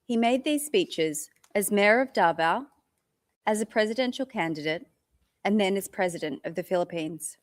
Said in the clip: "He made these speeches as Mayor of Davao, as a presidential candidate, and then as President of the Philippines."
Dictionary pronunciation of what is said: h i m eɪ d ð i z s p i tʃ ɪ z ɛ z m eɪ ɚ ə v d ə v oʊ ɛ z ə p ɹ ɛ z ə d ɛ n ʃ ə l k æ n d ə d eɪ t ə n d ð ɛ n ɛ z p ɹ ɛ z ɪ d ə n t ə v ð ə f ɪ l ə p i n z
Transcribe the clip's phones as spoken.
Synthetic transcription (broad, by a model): h i m eɪ d ð i z s p i tʃ ɪ z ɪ z m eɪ ɚ ə v d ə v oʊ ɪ z ə p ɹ ɛ z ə d ɛ n ʃ l k æ n d ə d eɪ t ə n ð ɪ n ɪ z p ɹ ɛ z ɪ d ə n t ə v ð ə f ɪ l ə p i n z